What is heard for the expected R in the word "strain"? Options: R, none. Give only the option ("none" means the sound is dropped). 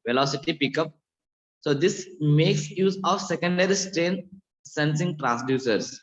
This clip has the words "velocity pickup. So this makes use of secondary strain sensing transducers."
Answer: R